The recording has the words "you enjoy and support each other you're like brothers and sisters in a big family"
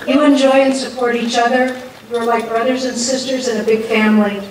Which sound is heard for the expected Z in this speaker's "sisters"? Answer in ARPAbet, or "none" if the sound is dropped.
Z